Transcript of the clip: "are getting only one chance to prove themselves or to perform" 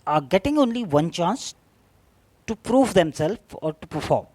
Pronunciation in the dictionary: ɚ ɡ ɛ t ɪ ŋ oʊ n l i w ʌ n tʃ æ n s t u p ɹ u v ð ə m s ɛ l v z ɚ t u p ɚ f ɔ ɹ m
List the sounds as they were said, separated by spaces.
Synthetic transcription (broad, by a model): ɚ ɡ ɛ t ɪ ŋ oʊ n l i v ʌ n tʃ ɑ n s t u p ɹ u v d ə m s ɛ l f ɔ t u p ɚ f ɔ ɹ m